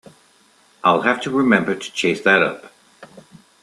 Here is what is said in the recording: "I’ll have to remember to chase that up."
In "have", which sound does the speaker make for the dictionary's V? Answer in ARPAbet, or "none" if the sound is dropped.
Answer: F